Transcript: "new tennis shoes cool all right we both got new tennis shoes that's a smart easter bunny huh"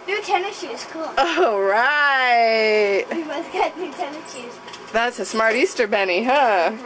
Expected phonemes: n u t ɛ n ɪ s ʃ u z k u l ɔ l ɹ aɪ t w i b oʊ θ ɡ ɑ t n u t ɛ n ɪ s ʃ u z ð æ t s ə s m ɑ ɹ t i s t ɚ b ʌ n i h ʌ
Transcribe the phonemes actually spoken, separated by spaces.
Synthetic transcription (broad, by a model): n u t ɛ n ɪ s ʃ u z k u l ɔ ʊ ɹ aɪ t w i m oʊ s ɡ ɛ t n u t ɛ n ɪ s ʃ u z ð æ t s ə s m ɑ ɹ t i s t ɚ b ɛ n i h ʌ